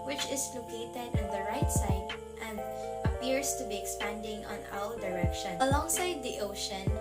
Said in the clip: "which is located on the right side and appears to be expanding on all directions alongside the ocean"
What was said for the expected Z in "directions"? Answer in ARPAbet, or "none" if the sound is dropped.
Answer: none